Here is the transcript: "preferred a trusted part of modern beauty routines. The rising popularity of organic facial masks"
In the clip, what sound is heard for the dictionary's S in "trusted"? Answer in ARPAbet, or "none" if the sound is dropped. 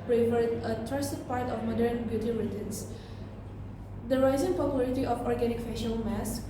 none